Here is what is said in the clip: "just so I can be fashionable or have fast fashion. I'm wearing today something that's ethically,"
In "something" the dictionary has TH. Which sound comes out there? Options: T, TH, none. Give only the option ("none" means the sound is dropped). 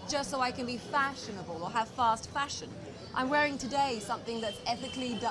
TH